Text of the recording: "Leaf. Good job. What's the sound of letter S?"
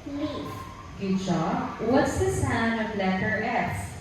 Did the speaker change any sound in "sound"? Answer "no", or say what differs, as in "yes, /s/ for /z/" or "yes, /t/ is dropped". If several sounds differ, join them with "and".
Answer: yes, /d/ is dropped